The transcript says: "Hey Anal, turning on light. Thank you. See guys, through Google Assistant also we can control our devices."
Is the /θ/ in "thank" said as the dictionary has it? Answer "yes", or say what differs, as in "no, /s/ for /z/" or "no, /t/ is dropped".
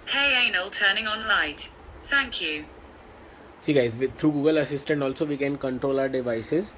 yes